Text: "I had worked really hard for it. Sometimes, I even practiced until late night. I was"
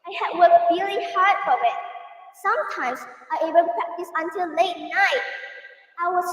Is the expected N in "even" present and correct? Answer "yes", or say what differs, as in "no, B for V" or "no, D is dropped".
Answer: no, L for N